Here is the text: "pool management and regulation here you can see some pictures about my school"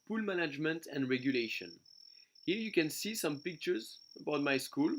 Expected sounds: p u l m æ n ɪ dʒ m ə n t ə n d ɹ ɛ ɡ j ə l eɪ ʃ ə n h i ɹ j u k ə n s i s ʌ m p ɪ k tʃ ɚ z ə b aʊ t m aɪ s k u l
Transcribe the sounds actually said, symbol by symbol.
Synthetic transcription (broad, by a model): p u l m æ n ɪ dʒ m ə n t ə n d ɹ ɛ ɡ j ə l eɪ ʃ ə n h i ɹ j u k ə n s i s ʌ m p ɪ k tʃ ɚ z ə b aʊ t m aɪ s k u l